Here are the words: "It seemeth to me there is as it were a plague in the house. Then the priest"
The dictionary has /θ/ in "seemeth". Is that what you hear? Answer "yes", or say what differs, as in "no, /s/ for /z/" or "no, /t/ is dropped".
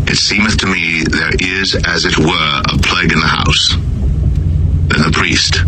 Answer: yes